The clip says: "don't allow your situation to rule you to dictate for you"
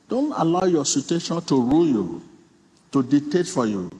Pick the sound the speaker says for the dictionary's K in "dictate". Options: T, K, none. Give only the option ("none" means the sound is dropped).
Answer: none